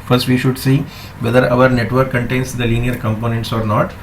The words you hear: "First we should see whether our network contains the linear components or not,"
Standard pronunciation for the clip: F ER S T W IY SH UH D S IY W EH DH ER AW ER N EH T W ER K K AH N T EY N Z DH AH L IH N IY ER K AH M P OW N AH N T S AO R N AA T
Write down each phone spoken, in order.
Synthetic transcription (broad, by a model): F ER S T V IY SH UH D S IY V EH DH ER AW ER N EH T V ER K K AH N T EY N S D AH L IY N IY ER K AH M P OW N AH N T S AO R N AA T